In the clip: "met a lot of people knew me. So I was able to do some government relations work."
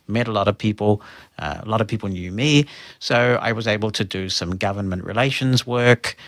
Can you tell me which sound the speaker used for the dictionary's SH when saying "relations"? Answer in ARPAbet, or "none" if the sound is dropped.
SH